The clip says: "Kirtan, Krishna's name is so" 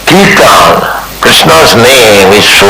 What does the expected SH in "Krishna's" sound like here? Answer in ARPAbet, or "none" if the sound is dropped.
S